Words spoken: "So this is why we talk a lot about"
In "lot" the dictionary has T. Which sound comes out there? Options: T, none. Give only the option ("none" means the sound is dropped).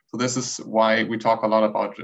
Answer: T